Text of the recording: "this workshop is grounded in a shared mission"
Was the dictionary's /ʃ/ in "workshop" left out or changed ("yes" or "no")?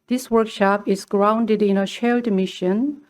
no